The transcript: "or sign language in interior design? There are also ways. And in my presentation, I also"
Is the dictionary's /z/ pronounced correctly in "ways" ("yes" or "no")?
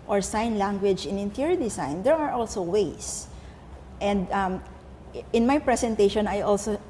no